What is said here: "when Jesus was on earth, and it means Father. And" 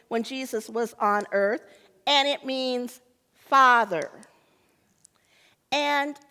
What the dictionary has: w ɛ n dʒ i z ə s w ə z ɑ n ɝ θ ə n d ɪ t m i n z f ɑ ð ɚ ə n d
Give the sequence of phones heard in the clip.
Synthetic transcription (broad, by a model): w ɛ n dʒ i z ə s w ə z n ɝ θ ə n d ɪ t m i n z f ɑ ð ɚ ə n